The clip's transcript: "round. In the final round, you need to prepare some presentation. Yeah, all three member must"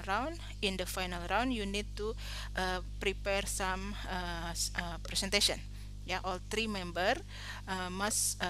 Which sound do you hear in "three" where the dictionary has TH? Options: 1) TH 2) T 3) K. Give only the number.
2